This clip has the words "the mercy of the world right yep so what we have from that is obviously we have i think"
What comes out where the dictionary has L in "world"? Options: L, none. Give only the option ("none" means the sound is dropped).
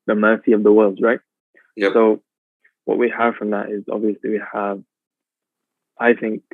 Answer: L